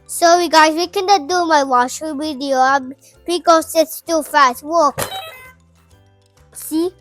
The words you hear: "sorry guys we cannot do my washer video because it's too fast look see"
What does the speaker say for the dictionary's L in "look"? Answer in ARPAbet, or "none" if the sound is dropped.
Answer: W